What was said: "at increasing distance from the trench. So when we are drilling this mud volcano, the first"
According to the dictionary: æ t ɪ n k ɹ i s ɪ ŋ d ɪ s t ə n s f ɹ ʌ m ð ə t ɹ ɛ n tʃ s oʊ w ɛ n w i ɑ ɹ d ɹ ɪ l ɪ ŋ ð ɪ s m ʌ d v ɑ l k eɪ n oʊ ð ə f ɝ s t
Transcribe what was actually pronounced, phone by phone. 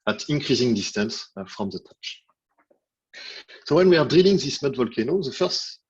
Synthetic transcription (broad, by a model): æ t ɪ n k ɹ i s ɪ ŋ d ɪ s t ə n s f ɹ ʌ m ð ə t ɛ tʃ s oʊ w ɛ n w i ɑ ɹ d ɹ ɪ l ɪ ŋ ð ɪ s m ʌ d v ɑ l k eɪ n oʊ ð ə f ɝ s t